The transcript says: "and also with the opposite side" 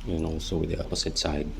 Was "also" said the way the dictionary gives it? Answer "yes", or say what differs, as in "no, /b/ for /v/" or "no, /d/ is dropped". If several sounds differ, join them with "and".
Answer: no, /l/ is dropped